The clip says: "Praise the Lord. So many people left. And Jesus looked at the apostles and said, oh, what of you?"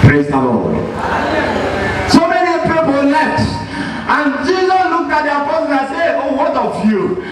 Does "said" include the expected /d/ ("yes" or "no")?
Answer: no